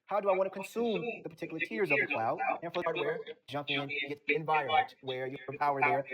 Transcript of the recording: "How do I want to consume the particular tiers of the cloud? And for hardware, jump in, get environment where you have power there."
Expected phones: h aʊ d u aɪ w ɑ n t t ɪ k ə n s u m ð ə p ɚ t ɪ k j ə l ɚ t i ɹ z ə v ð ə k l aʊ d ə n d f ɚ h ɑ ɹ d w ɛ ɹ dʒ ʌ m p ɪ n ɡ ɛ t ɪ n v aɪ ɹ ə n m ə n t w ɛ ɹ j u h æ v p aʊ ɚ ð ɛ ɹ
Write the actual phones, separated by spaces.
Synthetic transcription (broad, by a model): h aʊ d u aɪ w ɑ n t t ɪ k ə n s u m ð ə p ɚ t ɪ k j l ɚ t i ɹ z ə v ð ə k l aʊ d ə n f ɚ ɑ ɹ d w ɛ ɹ dʒ ʌ m p ɪ n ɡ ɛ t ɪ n v aɪ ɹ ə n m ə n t w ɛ ɹ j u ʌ p aʊ ɚ ð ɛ ɹ